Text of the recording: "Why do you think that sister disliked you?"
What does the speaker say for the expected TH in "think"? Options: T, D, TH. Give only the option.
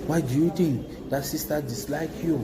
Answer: T